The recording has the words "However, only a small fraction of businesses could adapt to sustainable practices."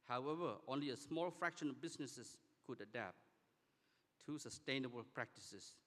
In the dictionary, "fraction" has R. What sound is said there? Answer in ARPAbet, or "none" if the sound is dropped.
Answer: R